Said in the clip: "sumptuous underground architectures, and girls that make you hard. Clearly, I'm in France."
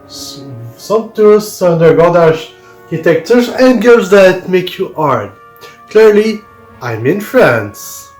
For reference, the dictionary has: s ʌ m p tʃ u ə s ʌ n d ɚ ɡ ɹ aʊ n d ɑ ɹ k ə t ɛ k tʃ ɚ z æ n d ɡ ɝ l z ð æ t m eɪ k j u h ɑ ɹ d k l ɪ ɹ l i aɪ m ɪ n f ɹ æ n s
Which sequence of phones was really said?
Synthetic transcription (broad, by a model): s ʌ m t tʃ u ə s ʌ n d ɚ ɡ aʊ d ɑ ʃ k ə t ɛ k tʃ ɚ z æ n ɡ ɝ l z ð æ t m eɪ k j u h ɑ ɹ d k l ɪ ɹ l i aɪ m ɪ n f ɹ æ n s